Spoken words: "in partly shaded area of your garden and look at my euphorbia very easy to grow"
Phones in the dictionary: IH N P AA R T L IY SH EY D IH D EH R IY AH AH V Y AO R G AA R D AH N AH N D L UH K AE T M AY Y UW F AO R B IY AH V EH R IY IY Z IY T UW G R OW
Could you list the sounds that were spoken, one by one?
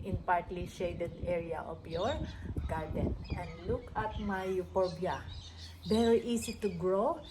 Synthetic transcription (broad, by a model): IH N P AA R T L IY SH EY D IH D EH R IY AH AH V Y AO R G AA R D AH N AH N D L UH K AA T M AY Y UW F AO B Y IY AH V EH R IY IY S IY T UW G R OW